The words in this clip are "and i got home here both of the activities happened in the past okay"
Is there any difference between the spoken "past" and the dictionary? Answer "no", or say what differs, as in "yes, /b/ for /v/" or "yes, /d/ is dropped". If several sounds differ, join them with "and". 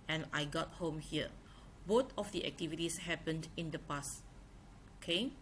yes, /t/ is dropped